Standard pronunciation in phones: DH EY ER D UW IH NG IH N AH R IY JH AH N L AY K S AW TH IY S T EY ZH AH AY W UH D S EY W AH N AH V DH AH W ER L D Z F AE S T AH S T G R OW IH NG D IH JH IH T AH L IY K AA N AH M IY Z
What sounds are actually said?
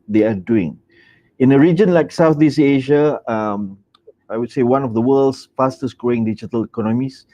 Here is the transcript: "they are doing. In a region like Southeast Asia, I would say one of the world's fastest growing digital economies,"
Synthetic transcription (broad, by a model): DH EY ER D UW IH NG IH N AH R IY JH AH N L AY K S AW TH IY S EY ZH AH AY W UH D S EY W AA N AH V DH AH W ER L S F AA S T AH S G R OW IH NG D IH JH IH T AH L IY K AA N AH M IY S